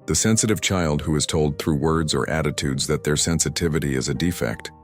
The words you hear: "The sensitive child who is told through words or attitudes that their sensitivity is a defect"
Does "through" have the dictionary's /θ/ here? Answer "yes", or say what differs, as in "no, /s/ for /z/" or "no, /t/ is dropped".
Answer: yes